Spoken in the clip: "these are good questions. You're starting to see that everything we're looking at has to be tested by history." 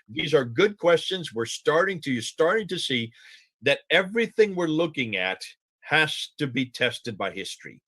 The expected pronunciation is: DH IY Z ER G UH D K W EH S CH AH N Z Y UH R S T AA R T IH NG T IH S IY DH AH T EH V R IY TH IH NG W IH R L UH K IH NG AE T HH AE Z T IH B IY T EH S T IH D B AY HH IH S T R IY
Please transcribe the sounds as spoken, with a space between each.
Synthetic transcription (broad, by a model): DH IY Z ER G UH D K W EH S CH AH N Z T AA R S T AA R T IH NG T IH S IY DH AH T EH V R IY TH IH NG W IH R L UH K IH NG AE T HH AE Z T IH B IY T EH S T IH D B AY HH IH S T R IY